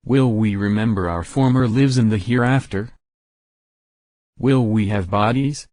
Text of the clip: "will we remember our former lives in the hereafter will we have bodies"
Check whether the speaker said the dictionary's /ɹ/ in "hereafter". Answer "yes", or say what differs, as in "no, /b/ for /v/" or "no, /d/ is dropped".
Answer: yes